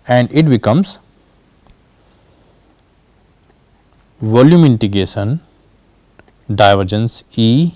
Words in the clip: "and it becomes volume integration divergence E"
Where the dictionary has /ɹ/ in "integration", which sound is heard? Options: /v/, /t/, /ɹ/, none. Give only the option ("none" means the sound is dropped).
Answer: none